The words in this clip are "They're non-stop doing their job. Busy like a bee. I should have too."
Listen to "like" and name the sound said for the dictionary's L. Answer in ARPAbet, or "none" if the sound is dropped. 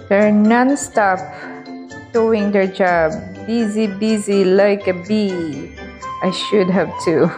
L